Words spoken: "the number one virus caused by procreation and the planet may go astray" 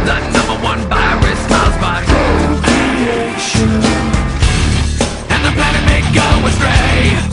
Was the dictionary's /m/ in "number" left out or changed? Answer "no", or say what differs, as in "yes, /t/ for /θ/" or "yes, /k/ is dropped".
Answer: no